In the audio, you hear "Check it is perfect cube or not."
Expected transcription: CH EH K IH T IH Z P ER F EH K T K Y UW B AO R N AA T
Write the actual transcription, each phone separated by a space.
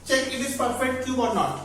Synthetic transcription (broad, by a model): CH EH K IH T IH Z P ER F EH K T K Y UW AO R N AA T